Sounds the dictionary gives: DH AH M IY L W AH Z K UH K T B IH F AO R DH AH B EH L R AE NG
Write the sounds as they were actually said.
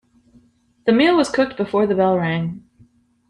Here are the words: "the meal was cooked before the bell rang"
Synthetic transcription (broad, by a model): DH AH M IY L W AH Z K UH K T B IH F AO R DH AH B EH L R AE NG